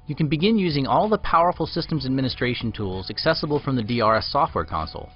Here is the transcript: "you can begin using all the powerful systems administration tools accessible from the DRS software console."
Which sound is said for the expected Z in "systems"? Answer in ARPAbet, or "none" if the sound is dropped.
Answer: Z